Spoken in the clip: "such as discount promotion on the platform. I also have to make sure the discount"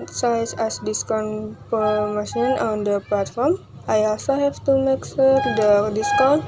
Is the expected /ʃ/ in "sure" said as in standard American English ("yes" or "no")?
no